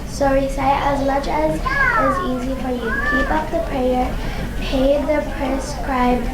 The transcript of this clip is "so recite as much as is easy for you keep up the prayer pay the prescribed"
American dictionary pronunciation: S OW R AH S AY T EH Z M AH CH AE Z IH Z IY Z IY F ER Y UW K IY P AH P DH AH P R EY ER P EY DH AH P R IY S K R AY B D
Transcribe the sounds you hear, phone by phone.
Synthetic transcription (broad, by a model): S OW R AH S AY T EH Z M AH CH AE Z IH Z IY Z IY F ER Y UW K IY P AH P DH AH P R EY ER P EY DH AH P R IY S K R AY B